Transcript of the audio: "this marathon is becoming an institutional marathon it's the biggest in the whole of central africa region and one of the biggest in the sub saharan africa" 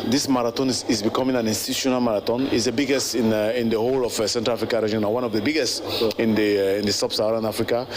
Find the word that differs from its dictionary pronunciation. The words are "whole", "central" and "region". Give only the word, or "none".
region